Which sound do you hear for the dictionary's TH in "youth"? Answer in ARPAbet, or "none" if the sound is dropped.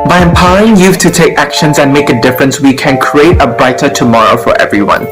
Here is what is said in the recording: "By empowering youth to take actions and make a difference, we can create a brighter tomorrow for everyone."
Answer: F